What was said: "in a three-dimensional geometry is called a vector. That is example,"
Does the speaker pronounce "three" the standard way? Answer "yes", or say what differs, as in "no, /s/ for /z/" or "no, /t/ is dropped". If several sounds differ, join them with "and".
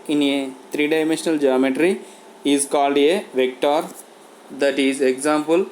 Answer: no, /t/ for /θ/